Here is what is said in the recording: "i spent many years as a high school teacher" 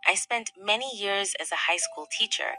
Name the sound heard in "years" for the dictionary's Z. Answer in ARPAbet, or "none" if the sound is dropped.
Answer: Z